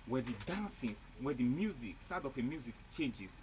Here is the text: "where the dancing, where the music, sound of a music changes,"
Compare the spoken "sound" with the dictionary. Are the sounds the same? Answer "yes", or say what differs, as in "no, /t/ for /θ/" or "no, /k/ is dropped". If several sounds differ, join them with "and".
no, /n/ is dropped